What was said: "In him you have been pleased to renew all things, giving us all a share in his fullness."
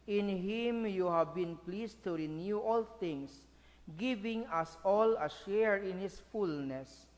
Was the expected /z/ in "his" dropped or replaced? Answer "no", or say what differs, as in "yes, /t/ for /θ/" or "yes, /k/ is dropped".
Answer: yes, /s/ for /z/